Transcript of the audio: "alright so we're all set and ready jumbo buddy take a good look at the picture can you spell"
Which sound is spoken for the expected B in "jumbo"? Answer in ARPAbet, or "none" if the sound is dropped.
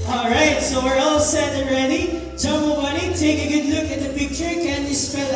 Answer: none